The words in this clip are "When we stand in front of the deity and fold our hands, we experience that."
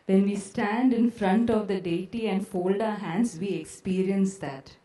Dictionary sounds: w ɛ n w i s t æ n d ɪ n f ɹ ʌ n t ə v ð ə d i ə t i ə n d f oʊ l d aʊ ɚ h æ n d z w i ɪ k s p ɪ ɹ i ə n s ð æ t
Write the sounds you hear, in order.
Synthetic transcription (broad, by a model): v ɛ n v i s t æ n d ɪ n f ɹ ʌ n t ə v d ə d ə t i ə n d f oʊ l d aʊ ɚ h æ n d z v i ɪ k s p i ɹ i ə n s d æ t